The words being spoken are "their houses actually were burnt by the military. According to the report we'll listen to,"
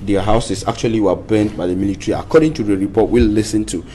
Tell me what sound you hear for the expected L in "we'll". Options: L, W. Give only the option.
L